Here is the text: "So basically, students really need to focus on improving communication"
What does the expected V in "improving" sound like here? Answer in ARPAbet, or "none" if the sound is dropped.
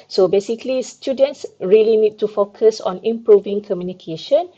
V